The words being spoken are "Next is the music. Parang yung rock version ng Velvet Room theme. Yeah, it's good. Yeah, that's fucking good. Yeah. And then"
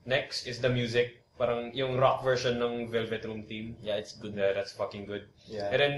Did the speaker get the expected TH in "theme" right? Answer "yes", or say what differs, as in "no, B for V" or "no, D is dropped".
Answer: no, T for TH